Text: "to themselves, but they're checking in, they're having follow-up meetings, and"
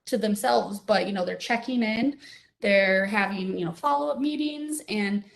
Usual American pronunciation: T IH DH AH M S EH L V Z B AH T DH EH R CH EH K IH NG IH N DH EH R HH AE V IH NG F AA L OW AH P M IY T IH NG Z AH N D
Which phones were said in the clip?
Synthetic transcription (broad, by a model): T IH DH AH M S EH L V Z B AH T DH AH R CH EH K IH NG IH N DH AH R HH AE V IH NG F AA L OW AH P M IY T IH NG Z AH N